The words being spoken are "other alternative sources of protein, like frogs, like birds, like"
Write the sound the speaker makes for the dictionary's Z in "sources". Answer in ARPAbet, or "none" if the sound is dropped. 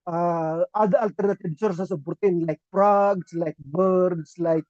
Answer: S